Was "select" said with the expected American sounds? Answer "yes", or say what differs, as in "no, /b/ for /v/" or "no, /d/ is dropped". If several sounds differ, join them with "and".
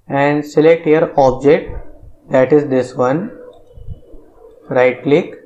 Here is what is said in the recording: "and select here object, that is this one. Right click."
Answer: yes